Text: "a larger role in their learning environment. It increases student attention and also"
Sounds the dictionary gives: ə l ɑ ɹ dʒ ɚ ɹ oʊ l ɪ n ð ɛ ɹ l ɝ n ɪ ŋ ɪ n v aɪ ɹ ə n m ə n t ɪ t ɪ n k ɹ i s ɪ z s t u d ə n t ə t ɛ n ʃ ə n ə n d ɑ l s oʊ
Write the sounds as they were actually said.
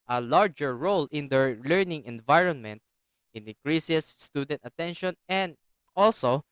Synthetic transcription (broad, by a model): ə l ɑ ɹ dʒ ɚ ɹ oʊ l ɪ n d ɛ ɹ l ɝ n ɪ ŋ ɪ n v aɪ ɹ ə n m ə n t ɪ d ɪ k ɹ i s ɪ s s t u d ə n t ə t ɛ n ʃ ə n ə n d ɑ l s oʊ